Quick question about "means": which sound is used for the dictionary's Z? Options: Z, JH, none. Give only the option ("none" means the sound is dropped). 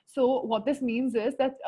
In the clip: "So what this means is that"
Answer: Z